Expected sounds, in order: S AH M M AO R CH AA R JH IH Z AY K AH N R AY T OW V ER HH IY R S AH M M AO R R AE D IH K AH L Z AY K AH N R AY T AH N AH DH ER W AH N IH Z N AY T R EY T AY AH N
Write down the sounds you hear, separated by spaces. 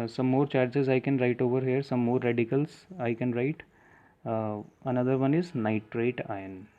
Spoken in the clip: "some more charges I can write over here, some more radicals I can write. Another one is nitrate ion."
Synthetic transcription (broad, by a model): S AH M M AO R CH AA R JH IH Z AY K AH N R AY T OW V ER HH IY R S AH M M AO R R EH D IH K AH L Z AY K AH N R AY T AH N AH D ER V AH N IH Z N AY T R EY T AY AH N